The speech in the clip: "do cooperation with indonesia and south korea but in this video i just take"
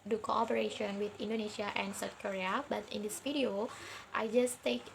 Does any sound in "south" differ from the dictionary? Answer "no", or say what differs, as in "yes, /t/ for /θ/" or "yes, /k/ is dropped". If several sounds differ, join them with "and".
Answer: yes, /t/ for /θ/